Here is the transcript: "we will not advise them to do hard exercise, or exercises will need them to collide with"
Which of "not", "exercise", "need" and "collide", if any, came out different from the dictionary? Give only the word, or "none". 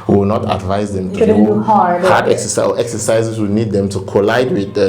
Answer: exercise